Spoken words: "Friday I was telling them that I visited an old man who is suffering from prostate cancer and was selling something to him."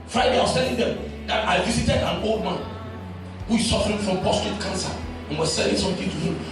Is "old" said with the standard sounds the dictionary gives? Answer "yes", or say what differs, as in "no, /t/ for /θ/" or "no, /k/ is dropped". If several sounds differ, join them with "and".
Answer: yes